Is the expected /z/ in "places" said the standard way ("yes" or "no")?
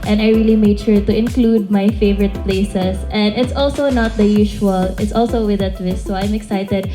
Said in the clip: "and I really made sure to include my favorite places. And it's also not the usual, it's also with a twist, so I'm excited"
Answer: no